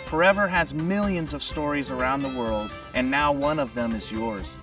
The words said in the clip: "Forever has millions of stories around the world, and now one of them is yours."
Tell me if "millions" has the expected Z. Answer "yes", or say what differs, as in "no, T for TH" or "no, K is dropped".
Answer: yes